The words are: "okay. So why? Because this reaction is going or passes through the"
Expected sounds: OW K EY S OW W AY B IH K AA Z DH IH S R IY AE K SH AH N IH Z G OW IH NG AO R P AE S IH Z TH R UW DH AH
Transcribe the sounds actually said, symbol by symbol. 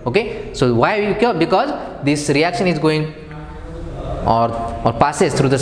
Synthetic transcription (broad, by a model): OW K EY S OW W AY B IH K AA Z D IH S R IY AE K SH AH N IH Z G OW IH NG AO R P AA S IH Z T R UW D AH